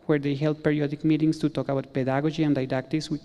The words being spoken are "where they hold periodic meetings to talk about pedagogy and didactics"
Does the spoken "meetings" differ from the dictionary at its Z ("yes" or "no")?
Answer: yes